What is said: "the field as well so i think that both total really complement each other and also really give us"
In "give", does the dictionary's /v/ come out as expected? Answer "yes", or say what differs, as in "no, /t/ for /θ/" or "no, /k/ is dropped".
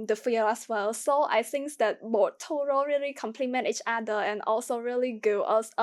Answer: no, /v/ is dropped